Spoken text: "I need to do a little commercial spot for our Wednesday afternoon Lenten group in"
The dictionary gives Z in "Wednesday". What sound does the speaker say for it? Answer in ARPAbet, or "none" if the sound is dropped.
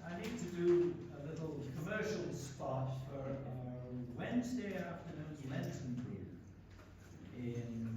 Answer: Z